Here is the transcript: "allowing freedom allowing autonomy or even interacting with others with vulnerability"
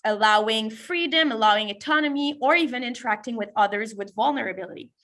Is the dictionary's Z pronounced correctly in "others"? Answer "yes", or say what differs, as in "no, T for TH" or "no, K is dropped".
yes